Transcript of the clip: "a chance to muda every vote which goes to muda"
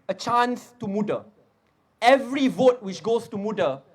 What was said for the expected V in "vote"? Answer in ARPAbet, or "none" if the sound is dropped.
V